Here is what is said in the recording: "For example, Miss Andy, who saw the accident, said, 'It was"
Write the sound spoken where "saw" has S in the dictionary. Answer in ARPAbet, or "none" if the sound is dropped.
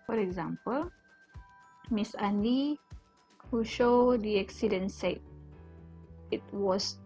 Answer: SH